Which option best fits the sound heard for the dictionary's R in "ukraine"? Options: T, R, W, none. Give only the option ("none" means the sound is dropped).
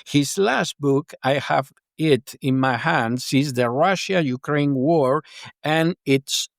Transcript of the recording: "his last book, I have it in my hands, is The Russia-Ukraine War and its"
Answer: R